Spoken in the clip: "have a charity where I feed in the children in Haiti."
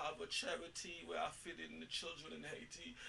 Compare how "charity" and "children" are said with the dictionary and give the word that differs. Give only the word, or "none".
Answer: none